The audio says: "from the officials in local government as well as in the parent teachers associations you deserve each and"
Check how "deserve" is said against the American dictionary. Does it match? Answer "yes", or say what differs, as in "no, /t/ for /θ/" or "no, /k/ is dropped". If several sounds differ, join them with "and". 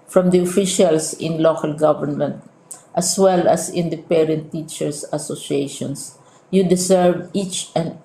no, /s/ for /z/